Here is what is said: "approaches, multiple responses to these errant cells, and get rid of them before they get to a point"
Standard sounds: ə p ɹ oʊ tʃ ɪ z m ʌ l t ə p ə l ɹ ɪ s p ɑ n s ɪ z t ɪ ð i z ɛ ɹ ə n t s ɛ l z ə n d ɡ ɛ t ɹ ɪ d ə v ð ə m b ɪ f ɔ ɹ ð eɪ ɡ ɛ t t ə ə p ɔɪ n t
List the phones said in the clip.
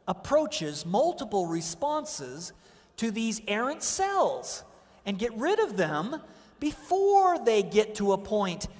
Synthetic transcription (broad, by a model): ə p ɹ oʊ tʃ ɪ z m ʌ l t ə p l ɹ ɪ s p ɑ n s ɪ z t ɪ ð i z ɛ ɹ ə n t s ɛ l z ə n ɡ ɛ t ɹ ɪ d ə v ð ə m b ɪ f ɔ ɹ ð eɪ ɡ ɛ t t ə ə p ɔɪ n t